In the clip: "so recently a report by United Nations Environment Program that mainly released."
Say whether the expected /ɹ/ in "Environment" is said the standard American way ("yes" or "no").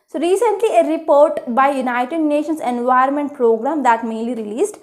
no